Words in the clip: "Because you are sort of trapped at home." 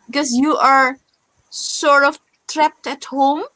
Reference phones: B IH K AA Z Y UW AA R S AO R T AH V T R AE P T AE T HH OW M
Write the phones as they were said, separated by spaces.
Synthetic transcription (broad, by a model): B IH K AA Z Y UW AA R S AO R T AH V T R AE P T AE T HH OW M